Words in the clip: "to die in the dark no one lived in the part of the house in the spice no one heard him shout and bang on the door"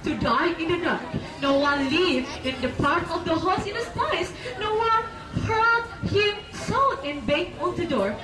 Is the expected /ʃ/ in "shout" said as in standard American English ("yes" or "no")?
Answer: no